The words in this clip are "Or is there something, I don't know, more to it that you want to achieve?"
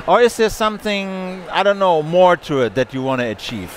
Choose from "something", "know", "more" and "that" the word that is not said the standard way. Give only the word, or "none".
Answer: none